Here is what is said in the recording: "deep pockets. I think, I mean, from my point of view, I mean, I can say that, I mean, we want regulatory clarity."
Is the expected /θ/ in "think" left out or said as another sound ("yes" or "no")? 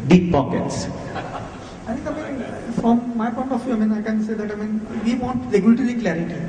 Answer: yes